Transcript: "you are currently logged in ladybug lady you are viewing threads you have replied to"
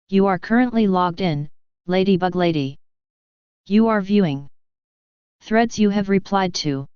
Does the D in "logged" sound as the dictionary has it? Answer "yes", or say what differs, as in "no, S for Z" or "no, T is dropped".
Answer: yes